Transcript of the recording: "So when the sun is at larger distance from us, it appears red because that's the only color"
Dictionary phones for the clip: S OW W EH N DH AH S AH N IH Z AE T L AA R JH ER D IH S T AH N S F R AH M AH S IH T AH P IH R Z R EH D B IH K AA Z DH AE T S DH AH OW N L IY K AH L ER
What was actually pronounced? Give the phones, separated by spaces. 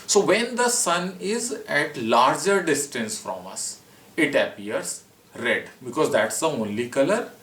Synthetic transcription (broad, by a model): S OW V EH N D AH S AH N IH Z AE T L AA R JH ER D IH S T AH N S F R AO M AH S IH T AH P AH R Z R EH D B IH K AA Z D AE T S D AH OW N L IY K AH L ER